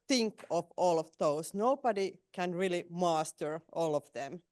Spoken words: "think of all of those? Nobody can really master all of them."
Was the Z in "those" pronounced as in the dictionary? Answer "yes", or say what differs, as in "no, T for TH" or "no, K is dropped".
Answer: no, S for Z